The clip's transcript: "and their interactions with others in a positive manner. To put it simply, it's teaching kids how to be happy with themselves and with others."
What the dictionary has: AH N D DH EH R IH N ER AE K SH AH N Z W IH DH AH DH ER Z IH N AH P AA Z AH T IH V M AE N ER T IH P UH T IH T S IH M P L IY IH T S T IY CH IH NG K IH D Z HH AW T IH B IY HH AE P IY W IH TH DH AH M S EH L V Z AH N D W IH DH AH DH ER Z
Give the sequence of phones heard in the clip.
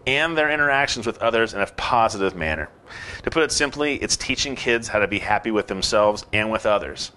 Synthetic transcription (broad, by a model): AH N DH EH R IH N ER AE K SH N Z W IH DH AH DH ER Z IH N AH P AA Z AH T IH V M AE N ER T IH P UH T IH T S IH M P L IY IH T S T IY CH IH NG K IH D Z HH AW T IH B IY HH AE P IY W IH DH AH M S EH L V Z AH N W IH DH AH DH ER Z